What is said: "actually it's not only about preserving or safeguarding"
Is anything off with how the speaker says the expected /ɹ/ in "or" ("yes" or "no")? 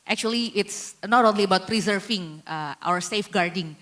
yes